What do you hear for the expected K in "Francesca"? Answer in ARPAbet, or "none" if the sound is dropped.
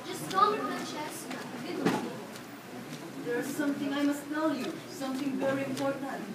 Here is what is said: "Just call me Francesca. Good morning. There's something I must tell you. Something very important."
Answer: none